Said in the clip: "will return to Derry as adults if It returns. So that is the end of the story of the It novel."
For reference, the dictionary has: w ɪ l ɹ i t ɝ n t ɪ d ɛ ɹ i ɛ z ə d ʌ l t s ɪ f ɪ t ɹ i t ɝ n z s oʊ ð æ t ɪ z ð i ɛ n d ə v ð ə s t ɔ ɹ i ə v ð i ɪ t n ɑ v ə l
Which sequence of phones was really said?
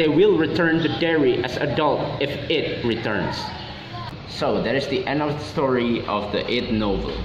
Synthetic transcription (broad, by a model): w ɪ l ɹ i t ɝ n t ɪ d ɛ ɹ i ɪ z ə d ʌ l t ɪ f ɪ t ɹ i t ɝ n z s oʊ ð æ t ɪ z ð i ɛ n d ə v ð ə s t ɔ ɹ i ə v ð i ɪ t n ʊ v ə l